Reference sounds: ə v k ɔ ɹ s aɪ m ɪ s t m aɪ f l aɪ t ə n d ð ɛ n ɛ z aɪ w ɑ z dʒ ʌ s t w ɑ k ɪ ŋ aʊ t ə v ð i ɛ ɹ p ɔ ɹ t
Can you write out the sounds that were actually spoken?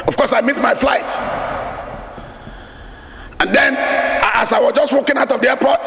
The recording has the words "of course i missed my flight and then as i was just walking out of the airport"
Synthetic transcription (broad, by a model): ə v k ɔ s aɪ m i t m aɪ f l aɪ t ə n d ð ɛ n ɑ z aɪ w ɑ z dʒ ʌ s t w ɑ k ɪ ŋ aʊ t ə v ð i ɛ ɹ p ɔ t